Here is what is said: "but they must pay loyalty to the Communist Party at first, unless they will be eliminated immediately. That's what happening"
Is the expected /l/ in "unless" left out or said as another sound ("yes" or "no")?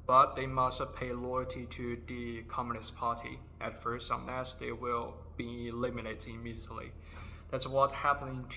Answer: yes